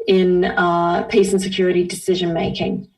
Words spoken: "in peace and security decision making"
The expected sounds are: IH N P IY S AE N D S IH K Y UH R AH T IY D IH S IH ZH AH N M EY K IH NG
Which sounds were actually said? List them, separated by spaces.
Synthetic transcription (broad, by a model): IH N P IY S N S IH K Y UH R AH T IY D IH S IH ZH AH N M EY K IH NG